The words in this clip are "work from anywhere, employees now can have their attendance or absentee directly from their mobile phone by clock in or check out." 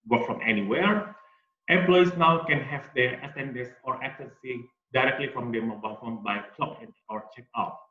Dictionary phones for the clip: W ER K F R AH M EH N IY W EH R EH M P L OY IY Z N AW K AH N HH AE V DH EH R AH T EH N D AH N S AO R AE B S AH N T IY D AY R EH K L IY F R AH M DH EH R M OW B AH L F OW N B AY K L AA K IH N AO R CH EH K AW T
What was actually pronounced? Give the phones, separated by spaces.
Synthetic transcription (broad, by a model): W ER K F R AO M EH N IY W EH R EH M P L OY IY S N AW K AH N HH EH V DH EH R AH S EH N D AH S AO R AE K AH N S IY D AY R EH K L IY F R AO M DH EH M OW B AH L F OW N B AY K L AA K IH N AO R CH EH K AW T